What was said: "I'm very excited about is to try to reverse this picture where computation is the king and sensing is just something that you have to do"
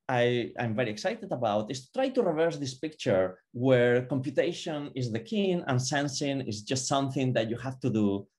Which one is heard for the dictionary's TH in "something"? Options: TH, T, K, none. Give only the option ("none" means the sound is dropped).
TH